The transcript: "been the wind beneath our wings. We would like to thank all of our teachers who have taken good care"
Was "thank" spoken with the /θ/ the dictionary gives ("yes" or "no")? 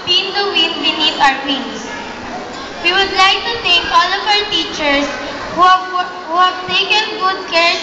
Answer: no